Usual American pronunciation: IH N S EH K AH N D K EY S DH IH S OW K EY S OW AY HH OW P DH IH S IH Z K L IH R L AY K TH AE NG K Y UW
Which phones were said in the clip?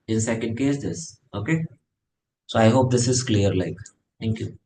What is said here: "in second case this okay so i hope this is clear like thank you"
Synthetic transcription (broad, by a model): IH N S EH K AH N D K EY S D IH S OW K EY S OW AY HH OW P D IH S IH Z K L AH R L AY K T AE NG K Y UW